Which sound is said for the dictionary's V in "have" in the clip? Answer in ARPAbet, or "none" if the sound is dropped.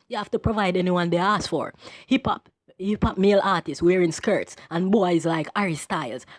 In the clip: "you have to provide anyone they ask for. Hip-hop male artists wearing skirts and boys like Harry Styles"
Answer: F